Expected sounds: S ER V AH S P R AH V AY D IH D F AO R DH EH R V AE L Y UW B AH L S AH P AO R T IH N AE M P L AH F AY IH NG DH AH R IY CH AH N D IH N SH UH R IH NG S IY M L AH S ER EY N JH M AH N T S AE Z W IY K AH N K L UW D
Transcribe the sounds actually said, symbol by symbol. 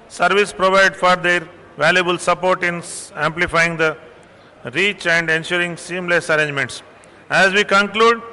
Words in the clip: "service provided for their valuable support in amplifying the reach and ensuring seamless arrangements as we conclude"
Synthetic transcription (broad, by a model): S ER V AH S P R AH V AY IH D F AO R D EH R V AE L Y UW B AH L S AH P AO R T IH N AE M P L AH F AY IH NG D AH R IY CH AH N D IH N SH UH R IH NG S IY M L AH S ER EY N JH M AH N T S AE Z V IY K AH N K L UW D